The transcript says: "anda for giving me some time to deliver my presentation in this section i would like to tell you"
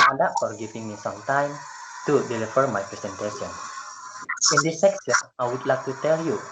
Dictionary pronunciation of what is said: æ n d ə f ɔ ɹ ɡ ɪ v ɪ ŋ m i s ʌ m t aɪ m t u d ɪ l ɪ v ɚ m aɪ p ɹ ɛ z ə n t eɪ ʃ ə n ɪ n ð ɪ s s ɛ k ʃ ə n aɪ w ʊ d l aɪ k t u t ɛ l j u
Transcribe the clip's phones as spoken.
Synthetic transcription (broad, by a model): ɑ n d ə f ɔ ɹ ɡ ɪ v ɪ ŋ m i s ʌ m t aɪ m t u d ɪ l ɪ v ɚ m aɪ p ɹ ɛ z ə n t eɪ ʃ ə n ɪ n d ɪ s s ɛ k s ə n aɪ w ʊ d l aɪ k t u t ɛ l j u